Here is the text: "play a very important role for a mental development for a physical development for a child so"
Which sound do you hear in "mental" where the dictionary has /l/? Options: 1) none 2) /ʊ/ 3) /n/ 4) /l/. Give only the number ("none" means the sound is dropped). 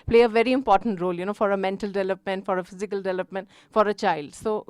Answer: 4